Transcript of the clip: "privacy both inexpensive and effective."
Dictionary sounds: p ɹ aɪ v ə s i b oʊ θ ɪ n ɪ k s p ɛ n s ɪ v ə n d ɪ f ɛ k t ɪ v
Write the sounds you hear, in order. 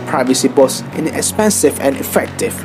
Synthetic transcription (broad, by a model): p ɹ aɪ v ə s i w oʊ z ɪ n ɪ k s p ɛ n s ɪ v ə n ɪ f ɛ k t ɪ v